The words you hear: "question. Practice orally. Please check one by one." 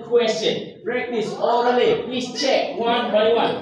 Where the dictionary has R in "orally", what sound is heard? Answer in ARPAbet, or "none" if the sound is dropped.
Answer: none